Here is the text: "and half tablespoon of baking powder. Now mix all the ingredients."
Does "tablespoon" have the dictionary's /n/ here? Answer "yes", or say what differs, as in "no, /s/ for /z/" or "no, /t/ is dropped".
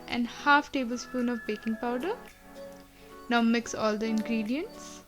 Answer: yes